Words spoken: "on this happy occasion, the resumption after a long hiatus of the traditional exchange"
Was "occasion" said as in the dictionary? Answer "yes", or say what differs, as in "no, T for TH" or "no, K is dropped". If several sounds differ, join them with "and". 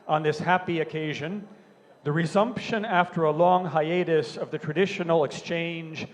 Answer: yes